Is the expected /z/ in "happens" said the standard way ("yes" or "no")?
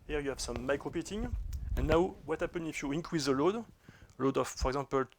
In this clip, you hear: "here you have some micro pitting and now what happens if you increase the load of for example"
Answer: no